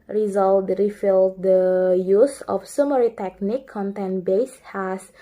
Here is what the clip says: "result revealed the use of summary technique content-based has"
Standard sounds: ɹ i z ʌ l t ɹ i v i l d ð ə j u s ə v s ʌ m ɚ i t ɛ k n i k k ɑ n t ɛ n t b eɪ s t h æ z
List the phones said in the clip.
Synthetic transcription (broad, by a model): ɹ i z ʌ l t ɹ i f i l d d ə j u s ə f s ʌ m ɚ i t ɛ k n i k k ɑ n t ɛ n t b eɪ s h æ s